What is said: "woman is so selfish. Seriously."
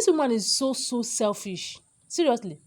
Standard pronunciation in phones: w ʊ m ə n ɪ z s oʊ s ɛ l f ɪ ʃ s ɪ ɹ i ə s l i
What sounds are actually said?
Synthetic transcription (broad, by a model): w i m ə n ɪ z s oʊ s ɛ l f ɪ ʃ s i ɹ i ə s l i